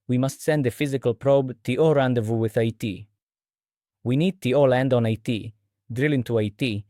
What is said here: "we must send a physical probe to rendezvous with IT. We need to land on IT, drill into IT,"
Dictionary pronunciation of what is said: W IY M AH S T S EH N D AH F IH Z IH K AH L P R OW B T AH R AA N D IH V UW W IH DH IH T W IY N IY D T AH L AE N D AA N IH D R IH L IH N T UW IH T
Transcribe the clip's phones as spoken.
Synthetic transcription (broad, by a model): W IY M AH S T S EH N D AH F IH Z IH K AH L P R OW B T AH R AA N D IH V UW W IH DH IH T W IY N IY D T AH L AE N D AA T IH D R IH L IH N T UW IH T